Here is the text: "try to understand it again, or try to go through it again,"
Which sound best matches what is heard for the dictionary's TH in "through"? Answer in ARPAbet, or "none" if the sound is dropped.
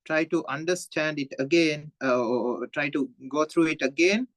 T